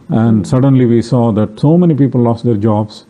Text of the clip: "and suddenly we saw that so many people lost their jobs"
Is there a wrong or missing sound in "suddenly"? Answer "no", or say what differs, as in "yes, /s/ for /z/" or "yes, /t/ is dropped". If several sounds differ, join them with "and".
no